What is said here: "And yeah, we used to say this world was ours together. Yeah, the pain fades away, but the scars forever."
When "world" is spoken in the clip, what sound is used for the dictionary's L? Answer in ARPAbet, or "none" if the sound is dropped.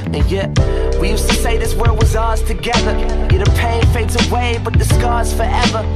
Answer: none